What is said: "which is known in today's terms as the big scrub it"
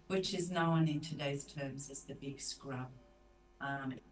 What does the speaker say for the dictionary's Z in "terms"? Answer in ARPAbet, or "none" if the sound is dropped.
Z